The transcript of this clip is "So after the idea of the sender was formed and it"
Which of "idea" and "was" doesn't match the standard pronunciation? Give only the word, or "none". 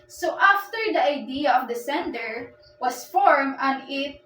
was